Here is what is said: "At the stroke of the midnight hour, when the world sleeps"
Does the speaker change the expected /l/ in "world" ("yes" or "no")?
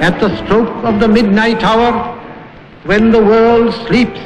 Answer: no